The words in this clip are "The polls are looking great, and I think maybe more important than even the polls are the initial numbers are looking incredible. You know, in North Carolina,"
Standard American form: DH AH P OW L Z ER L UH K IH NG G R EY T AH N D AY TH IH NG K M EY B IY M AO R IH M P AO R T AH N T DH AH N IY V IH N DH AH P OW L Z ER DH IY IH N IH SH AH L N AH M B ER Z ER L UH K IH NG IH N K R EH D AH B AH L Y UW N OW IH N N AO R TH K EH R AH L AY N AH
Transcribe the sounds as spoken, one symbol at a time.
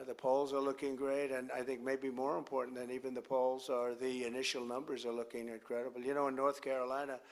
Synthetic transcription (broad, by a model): DH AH P OW L Z ER L UH K IH NG G R EY T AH N AY TH IH NG K M EY B IY M AO R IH M P AO R T N DH AH N IY V IH N DH AH P OW L Z ER DH IY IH N IH SH L N AH M B ER Z ER L UH K IH NG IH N K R EH D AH B L Y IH N OW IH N N AO R TH K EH R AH L AY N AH